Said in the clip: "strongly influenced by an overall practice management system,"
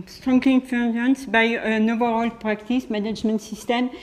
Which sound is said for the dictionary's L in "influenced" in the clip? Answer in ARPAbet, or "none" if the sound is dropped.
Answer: none